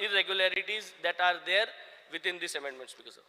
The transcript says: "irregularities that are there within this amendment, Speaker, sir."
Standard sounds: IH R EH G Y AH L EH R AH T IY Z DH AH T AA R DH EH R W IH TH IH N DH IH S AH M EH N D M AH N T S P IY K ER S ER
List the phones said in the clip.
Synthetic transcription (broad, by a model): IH R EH G Y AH L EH R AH T IY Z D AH T AA R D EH R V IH T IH N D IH S AH M EH N D M AH N T S B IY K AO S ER